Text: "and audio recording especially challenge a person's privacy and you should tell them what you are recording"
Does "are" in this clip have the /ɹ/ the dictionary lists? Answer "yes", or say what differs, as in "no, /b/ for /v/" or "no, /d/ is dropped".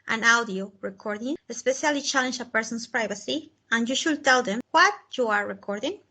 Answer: yes